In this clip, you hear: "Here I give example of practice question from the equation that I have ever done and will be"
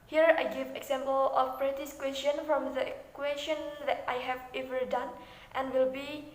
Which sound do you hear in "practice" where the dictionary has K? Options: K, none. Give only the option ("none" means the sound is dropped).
none